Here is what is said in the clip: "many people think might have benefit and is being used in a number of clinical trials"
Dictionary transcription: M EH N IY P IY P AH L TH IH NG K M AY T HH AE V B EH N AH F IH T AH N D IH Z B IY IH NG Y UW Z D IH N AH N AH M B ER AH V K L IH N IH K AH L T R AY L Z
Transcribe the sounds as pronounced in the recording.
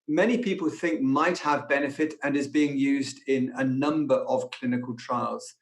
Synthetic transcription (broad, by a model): M EH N IY P IY P AH L TH IH NG K M AY T HH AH V B EH N AH F IH T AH N IH Z B IY IH NG Y UW Z D IH N AH N AH M B ER AH V K L IH N IH K AH L T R AY L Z